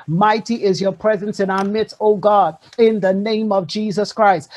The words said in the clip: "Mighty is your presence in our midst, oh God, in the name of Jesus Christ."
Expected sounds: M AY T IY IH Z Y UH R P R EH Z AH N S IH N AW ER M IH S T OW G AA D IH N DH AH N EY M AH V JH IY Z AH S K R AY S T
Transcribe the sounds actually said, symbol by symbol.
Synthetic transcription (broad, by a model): M AY T IY IH Z Y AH R P R EH Z AH N S IH N AW ER M IH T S OW G AA D IH N DH AH N EY M AH V JH IY Z AH S K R AY S T